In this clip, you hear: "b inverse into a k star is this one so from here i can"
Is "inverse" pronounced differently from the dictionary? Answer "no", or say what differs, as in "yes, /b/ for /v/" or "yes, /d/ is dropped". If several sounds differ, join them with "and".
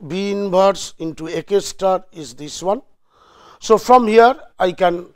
yes, /b/ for /v/